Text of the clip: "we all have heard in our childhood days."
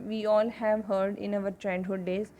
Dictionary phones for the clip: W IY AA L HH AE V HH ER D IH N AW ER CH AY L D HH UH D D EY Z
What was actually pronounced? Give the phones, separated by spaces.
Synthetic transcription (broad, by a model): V IY AA L HH AE V HH ER D IH N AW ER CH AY N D HH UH D D EY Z